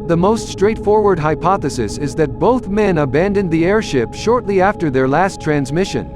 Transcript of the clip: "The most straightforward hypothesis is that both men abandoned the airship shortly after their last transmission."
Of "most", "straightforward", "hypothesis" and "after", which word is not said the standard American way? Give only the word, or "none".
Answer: none